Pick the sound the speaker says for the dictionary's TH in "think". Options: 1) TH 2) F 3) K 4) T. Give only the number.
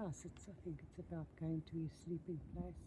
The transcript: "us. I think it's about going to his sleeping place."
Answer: 1